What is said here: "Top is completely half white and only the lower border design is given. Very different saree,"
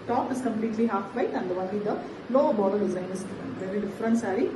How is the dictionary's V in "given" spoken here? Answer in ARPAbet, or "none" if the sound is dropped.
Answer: F